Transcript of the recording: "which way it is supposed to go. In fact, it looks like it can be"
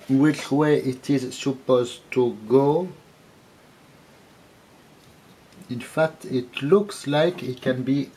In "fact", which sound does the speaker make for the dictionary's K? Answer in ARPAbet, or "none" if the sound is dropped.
K